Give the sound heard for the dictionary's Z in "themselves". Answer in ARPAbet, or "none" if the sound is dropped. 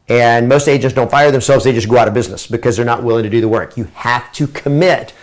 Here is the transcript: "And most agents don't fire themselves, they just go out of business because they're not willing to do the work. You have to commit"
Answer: Z